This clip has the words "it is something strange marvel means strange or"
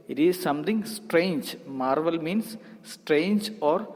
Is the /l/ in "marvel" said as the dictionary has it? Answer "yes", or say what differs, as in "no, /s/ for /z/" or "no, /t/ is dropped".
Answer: yes